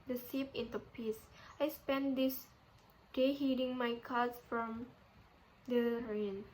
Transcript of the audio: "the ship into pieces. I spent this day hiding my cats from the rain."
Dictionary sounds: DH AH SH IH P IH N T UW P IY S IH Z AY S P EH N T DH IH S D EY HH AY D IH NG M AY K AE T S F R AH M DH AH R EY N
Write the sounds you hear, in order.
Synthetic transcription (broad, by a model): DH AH S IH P IH N T UW P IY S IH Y S P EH N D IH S D EY HH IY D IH NG M AY K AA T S F R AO M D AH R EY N